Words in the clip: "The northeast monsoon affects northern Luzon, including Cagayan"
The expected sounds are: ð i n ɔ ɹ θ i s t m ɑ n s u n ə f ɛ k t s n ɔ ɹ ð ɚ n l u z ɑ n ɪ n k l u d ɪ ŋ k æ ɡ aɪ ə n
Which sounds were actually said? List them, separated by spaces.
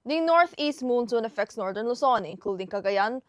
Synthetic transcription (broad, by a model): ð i n ɔ ɹ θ i s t m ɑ n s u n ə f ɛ k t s n ɔ ɹ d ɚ n l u s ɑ n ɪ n k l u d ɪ ŋ k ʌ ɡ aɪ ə n